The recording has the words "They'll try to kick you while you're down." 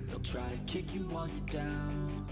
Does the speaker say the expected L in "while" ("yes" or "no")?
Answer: no